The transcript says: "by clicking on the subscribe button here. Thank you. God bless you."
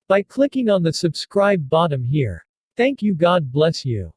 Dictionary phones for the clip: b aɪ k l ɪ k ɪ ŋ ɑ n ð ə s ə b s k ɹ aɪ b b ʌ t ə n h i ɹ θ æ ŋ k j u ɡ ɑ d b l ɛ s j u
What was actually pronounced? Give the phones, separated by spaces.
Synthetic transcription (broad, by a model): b aɪ k l ɪ k ɪ ŋ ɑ n ð ə s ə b s k ɹ aɪ b b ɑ t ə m h i ɹ θ æ ŋ k j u ɡ ɑ d b l ɛ s j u